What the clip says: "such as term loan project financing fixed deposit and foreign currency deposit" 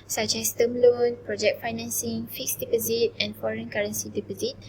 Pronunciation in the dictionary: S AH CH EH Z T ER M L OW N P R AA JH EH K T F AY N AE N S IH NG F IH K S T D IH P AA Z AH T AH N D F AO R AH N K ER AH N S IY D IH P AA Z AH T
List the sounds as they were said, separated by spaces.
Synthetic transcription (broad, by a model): S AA CH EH S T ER M L OW N P R AA JH EH K T F AY N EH N S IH NG F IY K S D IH P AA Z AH T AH N F AO R AH N K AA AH N S IY D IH P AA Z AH T